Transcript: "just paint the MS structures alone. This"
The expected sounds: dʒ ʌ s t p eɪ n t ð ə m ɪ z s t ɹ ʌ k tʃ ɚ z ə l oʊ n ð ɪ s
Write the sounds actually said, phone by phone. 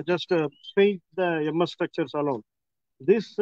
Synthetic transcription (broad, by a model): dʒ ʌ s t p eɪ t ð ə m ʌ s t ɹ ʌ k tʃ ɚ s ə l oʊ n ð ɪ s